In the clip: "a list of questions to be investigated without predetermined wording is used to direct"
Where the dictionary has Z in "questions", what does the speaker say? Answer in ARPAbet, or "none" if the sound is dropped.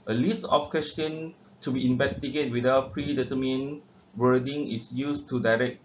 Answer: none